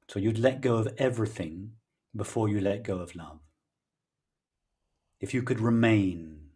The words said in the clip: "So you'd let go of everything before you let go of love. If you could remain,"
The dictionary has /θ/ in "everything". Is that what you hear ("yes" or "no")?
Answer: yes